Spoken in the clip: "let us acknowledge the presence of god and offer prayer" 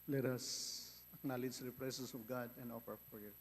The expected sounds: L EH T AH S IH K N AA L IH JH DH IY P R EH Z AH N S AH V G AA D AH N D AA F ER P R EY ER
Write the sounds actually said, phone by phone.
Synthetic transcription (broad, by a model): L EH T AH S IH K N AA L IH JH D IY P R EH S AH S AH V G AA D AH N D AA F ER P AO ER